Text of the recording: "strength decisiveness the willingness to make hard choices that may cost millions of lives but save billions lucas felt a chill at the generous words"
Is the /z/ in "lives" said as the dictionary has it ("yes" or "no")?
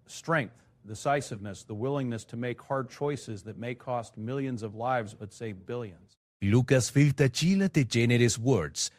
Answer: yes